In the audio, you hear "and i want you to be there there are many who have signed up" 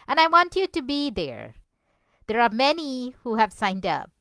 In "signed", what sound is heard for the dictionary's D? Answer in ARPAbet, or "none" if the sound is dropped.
D